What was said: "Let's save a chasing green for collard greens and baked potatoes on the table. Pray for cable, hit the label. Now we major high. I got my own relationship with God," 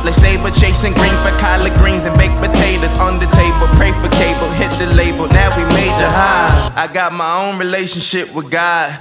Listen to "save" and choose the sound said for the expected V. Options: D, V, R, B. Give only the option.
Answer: B